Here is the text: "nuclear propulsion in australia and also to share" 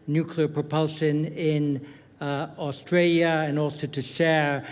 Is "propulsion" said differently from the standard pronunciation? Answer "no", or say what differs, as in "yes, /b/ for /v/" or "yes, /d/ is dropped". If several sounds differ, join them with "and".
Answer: no